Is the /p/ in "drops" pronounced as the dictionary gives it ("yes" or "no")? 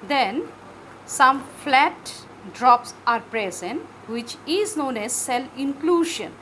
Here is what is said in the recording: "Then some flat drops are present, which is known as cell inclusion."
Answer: yes